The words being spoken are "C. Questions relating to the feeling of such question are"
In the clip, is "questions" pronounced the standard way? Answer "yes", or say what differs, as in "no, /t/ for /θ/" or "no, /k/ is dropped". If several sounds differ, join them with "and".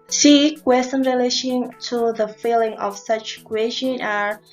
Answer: no, /z/ is dropped